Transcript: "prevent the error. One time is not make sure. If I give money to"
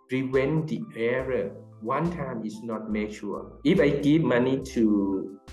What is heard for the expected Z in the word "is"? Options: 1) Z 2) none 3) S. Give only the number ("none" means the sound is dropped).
3